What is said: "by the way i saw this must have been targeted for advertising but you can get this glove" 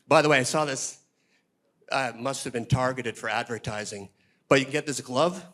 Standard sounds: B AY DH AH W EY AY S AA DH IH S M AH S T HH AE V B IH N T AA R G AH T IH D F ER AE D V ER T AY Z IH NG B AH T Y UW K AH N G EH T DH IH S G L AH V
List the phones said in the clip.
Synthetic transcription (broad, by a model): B AY DH AH W EY AY S AA DH IH S M AH S T HH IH V B IH N T AA R G AH T IH D F ER AE D V ER T AY Z IH NG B AH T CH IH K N G EH T DH IH S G L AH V